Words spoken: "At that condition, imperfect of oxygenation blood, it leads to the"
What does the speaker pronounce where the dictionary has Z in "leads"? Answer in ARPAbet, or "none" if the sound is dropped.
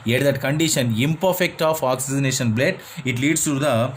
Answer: S